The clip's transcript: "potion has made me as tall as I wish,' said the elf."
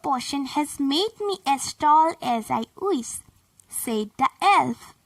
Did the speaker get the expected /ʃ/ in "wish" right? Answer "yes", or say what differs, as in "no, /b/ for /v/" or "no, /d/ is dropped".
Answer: no, /s/ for /ʃ/